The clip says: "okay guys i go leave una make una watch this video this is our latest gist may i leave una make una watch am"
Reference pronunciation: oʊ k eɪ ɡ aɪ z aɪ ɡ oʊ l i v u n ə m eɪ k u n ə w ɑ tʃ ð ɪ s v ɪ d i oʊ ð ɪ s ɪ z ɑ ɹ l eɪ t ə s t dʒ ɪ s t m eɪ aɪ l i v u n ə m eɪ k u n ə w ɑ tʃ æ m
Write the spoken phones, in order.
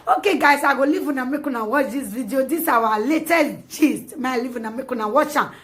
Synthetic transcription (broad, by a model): oʊ k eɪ ɡ aɪ s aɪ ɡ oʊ l i v u n ə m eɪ k u n ə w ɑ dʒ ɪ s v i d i oʊ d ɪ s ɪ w ɑ l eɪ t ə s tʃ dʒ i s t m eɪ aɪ l i v u n ə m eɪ k u n ə w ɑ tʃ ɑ